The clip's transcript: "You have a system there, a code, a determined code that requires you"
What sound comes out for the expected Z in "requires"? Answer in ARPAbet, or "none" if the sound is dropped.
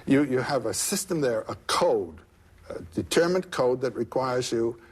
Z